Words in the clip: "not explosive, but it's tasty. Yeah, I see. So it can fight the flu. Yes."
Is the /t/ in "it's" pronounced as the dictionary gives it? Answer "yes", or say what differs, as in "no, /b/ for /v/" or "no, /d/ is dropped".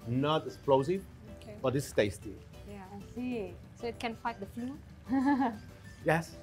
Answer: no, /s/ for /t/